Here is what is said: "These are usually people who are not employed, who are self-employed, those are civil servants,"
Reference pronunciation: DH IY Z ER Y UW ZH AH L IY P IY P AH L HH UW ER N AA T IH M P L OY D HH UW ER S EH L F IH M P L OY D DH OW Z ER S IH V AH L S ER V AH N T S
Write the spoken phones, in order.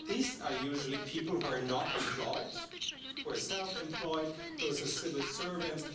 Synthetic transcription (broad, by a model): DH IY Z ER Y UW ZH AH L IY P IY P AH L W ER N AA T IH M P L OY D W ER S EH L F IH M P L OY D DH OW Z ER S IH W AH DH S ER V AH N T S